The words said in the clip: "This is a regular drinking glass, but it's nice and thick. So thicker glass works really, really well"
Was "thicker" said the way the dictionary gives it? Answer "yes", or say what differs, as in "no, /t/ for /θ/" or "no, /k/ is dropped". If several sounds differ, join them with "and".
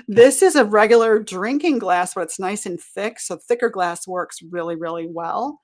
yes